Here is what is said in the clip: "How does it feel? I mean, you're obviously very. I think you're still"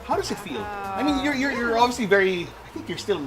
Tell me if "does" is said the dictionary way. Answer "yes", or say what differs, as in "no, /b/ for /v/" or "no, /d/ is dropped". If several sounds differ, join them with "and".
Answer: yes